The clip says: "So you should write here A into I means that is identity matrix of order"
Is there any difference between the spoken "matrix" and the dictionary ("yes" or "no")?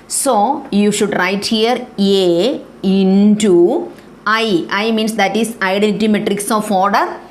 no